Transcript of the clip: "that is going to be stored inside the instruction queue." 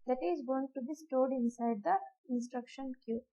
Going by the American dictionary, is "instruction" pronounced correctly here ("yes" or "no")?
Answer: yes